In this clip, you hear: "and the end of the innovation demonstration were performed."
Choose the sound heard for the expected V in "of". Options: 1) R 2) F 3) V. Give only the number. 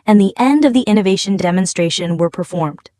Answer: 3